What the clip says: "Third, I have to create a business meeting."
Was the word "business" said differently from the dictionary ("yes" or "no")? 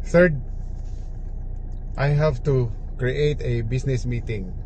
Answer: yes